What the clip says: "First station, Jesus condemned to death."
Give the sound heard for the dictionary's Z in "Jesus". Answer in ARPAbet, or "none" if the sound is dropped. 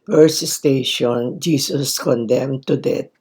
S